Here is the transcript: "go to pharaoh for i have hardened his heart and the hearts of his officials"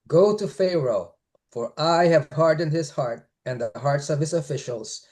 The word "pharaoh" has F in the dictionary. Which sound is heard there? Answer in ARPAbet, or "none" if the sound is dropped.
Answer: F